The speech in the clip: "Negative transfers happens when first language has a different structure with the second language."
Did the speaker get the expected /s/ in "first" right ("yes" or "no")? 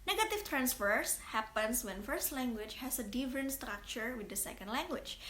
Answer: yes